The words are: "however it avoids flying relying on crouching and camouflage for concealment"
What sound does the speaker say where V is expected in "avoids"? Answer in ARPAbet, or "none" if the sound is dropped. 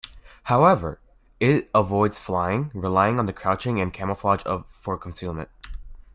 V